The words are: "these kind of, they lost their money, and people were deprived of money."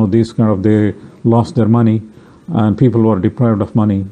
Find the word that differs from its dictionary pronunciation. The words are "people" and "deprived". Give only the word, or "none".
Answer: none